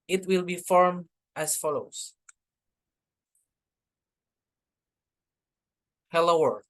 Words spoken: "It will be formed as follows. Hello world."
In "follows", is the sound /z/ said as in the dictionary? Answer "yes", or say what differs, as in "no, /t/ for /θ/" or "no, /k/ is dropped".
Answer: no, /s/ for /z/